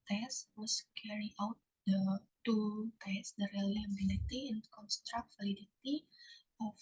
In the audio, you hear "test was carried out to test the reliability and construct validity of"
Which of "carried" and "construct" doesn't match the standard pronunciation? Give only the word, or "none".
carried